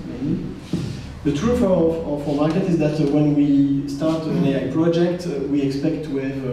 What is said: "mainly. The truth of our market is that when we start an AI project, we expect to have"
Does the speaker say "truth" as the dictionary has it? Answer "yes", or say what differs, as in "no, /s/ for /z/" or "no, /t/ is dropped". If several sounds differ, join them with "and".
no, /f/ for /θ/